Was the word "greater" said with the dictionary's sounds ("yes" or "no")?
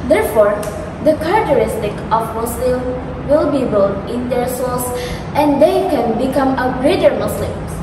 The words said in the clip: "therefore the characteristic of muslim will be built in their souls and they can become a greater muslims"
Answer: yes